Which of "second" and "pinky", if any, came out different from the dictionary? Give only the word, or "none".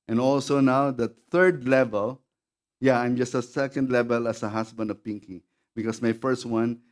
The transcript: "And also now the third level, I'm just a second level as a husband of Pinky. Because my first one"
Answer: none